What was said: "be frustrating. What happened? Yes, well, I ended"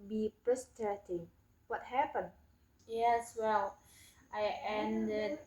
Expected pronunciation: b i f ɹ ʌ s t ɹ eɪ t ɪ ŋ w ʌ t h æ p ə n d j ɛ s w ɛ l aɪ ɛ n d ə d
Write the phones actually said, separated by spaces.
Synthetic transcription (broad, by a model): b i p ɹ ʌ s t eɪ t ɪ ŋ w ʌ t h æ p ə n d j ɛ s w ɛ l aɪ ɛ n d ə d